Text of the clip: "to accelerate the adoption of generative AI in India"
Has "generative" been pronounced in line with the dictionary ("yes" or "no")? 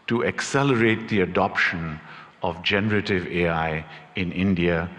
yes